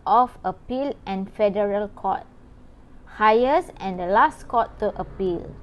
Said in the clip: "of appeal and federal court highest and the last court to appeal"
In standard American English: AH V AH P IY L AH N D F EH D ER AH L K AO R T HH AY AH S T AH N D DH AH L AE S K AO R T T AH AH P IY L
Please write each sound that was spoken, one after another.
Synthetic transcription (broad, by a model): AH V AH P IY L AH N F EH D ER AH L K AO T HH AY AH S AH N D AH L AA S K AO T T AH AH P IY L